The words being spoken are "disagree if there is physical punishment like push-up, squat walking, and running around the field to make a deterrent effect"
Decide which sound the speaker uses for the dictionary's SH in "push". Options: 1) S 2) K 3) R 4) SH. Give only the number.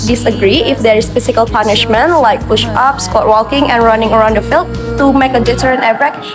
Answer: 4